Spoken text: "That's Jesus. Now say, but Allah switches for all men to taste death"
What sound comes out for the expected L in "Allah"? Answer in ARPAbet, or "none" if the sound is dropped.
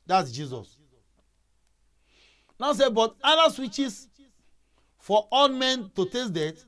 N